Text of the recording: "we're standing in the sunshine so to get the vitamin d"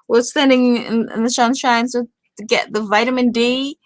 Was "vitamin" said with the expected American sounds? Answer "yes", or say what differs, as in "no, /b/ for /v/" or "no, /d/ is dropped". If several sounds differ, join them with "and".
yes